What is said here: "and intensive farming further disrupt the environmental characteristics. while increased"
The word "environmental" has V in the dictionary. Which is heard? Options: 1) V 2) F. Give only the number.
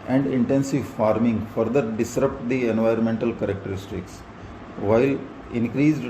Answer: 1